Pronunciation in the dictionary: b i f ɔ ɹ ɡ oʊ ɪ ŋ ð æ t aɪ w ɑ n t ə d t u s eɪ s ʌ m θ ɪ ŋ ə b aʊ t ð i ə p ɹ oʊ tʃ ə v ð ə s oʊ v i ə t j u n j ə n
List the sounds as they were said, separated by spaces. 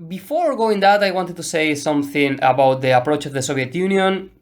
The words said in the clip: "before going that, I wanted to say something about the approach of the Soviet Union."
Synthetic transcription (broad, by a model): b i f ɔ ɹ ɡ oʊ ɪ ŋ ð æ t aɪ w ɑ n t ə d t u s eɪ s ʌ m θ ɪ ŋ ə b aʊ t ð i ə p ɹ oʊ tʃ ə v ð ə s oʊ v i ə t j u n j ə n